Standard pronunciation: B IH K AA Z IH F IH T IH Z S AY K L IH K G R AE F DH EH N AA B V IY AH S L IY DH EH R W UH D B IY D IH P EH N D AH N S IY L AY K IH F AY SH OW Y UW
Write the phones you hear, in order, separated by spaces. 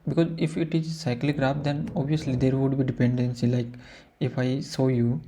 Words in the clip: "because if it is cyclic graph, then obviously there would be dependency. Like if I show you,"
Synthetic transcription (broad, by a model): B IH K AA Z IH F IH T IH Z S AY K L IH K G R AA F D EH N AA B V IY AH S L IY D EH R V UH D B IY D IH P EH N D AH N S IY L AY K IH F AY S OW Y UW